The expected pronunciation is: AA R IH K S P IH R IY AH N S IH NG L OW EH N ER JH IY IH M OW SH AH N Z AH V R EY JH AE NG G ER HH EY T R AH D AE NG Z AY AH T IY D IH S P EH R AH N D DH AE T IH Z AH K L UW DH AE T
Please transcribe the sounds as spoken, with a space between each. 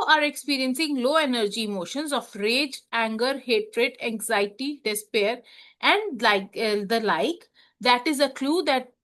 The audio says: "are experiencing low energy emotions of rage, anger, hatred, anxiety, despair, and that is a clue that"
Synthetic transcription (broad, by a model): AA R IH K S P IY R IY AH N S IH NG L OW EH N ER JH IY M OW SH AH N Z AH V R EY JH AE NG G ER HH EY T R AH D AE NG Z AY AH T IY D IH S P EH R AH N D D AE T IH Z AH K L UW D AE T